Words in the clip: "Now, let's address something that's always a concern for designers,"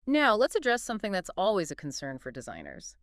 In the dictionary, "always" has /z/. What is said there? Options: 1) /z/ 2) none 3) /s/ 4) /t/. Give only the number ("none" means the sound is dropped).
1